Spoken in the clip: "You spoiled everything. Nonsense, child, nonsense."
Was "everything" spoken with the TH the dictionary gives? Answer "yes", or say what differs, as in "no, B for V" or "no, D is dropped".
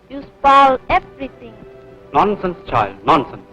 no, T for TH